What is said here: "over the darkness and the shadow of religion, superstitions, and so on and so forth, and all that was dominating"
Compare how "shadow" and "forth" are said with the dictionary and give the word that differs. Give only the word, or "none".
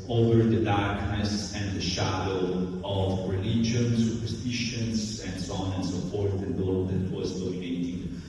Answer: forth